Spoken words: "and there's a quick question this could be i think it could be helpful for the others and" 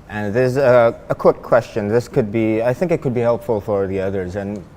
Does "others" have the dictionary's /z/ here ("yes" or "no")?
yes